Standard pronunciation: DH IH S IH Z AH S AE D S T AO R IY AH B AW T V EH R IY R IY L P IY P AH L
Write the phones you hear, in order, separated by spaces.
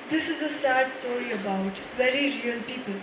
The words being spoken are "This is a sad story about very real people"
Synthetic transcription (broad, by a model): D IH S IH Z AH S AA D S T AO R IY AH B AW T V EH R IY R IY N P IY P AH L